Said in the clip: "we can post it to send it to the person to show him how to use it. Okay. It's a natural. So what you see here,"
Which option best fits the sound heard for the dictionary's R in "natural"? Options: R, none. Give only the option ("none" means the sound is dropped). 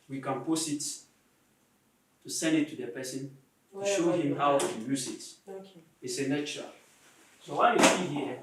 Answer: none